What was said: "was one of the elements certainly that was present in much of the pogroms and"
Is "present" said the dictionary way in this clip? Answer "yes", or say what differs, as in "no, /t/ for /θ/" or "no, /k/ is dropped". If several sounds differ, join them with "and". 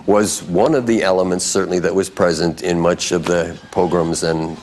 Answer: yes